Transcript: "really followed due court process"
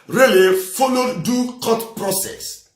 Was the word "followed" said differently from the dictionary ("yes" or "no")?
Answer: yes